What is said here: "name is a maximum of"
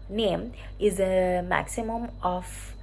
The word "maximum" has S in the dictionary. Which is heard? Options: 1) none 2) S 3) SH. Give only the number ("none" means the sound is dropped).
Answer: 2